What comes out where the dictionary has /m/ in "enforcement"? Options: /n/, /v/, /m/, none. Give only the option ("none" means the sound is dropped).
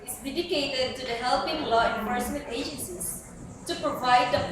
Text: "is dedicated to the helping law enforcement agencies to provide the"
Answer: none